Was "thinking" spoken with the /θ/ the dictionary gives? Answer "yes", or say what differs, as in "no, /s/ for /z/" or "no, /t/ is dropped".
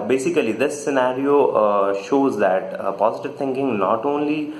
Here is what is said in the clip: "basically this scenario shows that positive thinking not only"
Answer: no, /t/ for /θ/